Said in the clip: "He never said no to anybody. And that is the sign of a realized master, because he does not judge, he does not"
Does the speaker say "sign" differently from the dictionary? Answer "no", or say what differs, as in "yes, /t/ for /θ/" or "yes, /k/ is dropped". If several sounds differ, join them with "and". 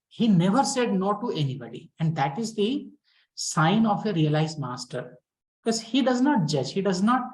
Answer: no